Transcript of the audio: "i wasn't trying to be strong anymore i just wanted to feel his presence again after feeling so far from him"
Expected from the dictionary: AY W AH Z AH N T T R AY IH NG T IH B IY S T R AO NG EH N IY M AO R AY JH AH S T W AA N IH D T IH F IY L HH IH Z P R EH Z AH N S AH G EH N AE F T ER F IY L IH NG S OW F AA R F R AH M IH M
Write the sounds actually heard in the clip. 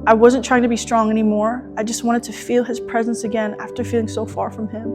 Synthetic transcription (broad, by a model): AY W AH Z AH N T T R AY IH NG T IH B IY S T R AO NG EH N IY M AO R AY JH AH S T W AA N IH D T IH F IY L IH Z P R EH Z AH N S AH G EH N AE F T ER F IY L IH NG S OW F AA R F R AH M IH M